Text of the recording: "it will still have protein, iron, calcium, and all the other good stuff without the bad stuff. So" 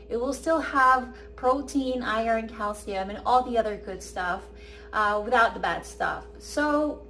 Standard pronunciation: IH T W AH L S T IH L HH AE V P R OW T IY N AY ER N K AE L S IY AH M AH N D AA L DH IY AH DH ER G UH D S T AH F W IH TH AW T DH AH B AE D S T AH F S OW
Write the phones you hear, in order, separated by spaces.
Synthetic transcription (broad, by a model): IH T W AH L S T IH L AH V P R OW T IY N AY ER N K AE L S IY AH M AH N AA L DH IY AH DH ER G UH D S T AH F W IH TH AW T DH AH B AE D S T AH F S OW